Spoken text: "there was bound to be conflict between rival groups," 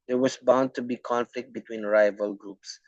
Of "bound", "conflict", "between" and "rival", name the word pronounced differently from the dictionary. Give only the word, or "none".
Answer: none